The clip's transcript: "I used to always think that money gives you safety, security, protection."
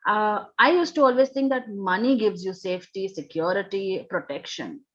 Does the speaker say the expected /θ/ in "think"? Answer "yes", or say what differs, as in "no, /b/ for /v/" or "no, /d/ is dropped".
no, /t/ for /θ/